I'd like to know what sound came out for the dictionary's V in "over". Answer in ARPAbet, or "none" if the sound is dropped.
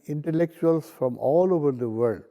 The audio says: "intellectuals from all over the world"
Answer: V